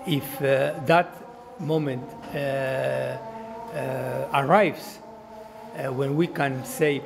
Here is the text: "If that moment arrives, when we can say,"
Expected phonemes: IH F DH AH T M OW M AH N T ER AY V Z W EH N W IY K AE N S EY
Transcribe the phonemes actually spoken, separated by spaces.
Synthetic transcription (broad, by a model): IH F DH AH T M OW M AH N T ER AY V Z W EH N W IY K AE N S EY